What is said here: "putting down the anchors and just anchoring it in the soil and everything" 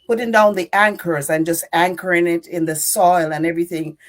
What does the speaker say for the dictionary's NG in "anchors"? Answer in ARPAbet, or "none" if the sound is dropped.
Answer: NG